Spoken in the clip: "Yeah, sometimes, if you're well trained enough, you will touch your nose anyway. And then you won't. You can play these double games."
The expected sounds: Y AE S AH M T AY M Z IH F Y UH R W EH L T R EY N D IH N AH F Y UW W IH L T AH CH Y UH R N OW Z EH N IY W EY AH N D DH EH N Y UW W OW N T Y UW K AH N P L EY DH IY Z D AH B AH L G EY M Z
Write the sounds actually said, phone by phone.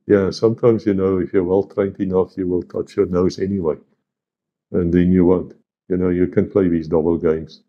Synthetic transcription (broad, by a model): Y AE S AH M T AY M Z IH F Y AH R W EH L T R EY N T IH N AH F Y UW W IH L T AH CH Y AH R N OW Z EH N IY W EY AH N DH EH N Y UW W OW N T Y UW K AH N P L EY DH IY Z D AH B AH L G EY M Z